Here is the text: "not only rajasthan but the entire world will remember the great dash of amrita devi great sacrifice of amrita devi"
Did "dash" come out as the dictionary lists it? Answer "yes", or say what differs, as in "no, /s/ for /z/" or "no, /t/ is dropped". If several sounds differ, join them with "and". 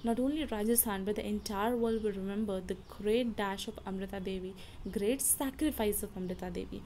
yes